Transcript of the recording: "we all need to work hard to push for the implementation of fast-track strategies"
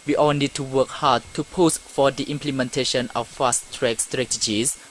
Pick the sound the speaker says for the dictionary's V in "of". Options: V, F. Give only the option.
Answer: F